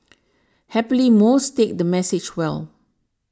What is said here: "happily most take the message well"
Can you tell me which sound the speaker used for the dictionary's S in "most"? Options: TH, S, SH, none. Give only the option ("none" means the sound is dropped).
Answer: S